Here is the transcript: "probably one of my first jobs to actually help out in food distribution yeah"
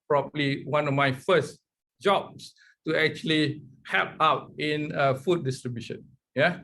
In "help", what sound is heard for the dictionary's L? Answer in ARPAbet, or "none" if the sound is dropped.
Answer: none